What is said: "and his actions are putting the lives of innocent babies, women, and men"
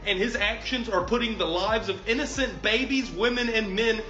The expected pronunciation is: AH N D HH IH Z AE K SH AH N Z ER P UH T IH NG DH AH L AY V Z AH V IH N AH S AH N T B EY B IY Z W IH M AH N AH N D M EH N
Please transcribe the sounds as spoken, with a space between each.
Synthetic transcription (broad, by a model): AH N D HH IH Z AE K SH AH N Z ER P UH T IH NG DH AH L AY V Z AH V IH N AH S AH N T B EY B IY Z W IH M AH N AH N M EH N